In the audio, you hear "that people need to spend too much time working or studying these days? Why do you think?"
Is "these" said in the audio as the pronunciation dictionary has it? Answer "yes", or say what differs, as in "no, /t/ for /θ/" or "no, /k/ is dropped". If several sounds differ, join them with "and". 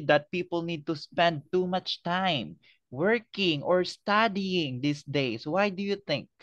no, /s/ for /z/